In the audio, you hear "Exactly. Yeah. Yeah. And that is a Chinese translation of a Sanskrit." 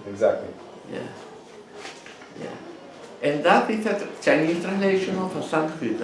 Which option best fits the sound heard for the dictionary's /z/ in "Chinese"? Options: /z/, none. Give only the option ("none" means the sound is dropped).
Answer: none